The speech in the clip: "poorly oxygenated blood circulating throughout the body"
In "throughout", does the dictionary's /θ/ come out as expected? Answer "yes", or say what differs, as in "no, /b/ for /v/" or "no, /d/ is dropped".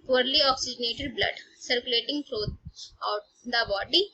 no, /t/ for /θ/